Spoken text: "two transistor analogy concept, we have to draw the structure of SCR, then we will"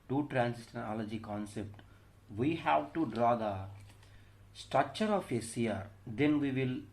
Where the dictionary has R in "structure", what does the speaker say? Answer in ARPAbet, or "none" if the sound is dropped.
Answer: R